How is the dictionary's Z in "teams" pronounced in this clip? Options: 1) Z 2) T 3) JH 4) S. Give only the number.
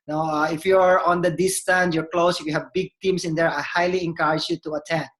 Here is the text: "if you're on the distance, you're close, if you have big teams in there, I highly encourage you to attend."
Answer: 4